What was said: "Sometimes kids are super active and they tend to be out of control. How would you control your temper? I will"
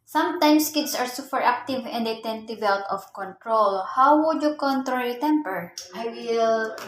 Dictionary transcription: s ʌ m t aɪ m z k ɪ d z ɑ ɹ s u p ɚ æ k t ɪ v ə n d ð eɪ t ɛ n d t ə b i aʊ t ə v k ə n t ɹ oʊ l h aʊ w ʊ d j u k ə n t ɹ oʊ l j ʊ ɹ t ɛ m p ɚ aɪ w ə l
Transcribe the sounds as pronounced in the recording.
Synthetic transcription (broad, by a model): s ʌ m t aɪ m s k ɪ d s ɑ ɹ s u p ɚ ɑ k t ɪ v ə n d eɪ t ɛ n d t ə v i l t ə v k ə n t ɹ oʊ l h aʊ w ʊ d j u k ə n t ɹ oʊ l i t ɛ m p ɚ aɪ w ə l